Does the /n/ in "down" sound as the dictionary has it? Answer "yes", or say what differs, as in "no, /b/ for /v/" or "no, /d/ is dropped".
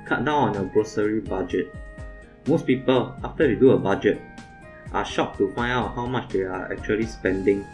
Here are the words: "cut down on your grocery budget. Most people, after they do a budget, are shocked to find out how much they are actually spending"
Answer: no, /n/ is dropped